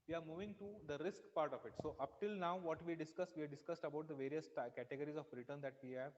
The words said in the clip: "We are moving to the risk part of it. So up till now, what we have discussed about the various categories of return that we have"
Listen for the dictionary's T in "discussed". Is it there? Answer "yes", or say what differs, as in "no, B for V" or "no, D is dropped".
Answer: yes